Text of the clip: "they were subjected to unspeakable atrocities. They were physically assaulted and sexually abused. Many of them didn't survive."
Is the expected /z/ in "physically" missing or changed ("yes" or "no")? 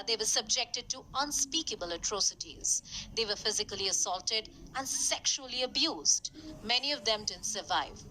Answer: no